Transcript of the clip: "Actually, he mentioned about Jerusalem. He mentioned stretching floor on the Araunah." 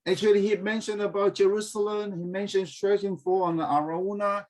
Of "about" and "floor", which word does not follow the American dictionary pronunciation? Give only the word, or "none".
floor